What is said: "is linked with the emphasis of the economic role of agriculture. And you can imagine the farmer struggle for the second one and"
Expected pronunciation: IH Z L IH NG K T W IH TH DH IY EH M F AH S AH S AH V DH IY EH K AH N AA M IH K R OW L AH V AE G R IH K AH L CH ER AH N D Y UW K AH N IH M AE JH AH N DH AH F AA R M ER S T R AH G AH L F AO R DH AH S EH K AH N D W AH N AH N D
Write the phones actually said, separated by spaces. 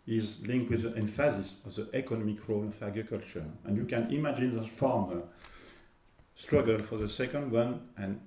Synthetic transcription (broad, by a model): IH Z L IH NG K T W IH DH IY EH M F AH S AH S AH V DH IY EH K AH N AA M IH K R OW L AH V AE G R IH K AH L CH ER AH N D Y UW K AH N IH M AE JH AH N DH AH F AA R M ER S T R AH G AH L F AO R DH AH S EH K AH N D W AH N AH N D